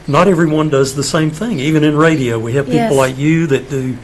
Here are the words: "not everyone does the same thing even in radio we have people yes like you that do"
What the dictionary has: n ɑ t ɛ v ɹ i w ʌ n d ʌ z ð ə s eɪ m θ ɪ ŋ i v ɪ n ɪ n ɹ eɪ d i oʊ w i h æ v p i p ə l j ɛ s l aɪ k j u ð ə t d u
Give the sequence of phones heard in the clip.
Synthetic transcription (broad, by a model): n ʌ t ɛ v ɹ i w ʌ n d ʌ z ð ə s eɪ m θ ɪ ŋ i v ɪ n ɪ n ɹ eɪ d i oʊ w i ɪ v p i p l l aɪ k j u ð ə t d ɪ